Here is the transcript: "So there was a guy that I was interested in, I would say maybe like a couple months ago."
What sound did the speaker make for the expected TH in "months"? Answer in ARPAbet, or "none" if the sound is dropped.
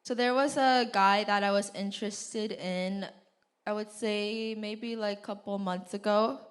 TH